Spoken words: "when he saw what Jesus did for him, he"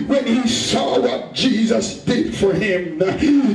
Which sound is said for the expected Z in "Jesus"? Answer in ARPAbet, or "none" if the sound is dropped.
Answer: Z